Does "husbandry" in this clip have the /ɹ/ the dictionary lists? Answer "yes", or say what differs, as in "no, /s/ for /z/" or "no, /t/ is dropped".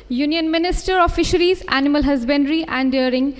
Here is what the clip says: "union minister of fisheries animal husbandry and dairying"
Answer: yes